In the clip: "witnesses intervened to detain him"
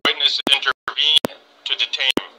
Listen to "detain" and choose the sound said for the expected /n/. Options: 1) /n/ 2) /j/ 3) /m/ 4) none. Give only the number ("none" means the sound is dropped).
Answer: 4